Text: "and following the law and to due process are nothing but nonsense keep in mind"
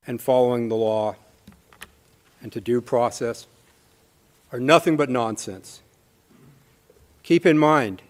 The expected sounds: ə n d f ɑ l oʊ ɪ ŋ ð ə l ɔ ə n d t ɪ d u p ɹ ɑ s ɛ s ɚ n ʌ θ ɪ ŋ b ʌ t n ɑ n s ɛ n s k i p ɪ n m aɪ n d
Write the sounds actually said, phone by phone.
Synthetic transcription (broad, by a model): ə n f ɑ l oʊ ɪ ŋ ð ə l ɔ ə n t ɪ d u p ɹ ɑ s ɛ s ɚ n ʌ θ ɪ ŋ b ʌ t n ɑ n s ɛ n s k i p ɪ n m aɪ n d